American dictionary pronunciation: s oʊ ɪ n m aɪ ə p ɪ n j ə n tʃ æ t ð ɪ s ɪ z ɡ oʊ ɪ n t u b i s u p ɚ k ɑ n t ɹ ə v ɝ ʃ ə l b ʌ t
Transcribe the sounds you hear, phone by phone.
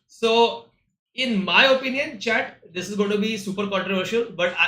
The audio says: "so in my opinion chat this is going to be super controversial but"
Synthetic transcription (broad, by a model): s oʊ ɪ n m aɪ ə p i n j ə n tʃ æ t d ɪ s ɪ z ɡ oʊ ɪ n t u b i s u p ɚ k ɑ n t ɹ ə v ɝ ʃ ə l b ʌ t